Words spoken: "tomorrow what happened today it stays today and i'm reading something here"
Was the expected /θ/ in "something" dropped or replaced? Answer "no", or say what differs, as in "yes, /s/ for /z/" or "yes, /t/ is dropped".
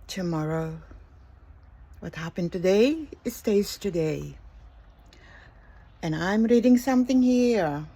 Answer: no